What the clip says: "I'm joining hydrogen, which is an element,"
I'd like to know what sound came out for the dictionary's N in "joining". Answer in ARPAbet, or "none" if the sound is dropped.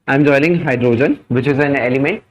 L